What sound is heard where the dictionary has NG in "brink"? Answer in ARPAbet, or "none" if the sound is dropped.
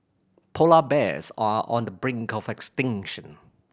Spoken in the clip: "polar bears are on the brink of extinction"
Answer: NG